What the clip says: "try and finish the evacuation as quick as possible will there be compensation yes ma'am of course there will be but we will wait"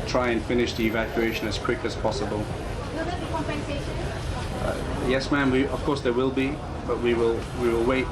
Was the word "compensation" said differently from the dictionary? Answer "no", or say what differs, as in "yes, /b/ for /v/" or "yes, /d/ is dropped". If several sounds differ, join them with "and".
yes, /ʃ/ is dropped